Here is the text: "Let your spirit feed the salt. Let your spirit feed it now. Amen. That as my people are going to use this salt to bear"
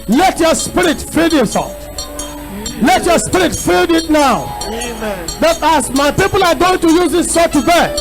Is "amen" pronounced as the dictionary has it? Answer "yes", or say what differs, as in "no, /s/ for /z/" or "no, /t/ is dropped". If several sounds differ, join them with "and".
no, /m/ is dropped